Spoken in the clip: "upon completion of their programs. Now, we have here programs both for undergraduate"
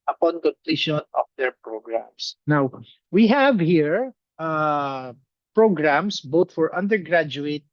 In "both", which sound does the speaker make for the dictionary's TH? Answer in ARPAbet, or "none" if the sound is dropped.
T